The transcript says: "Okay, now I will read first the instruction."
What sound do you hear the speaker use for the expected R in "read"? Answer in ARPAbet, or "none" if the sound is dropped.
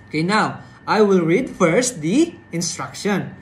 R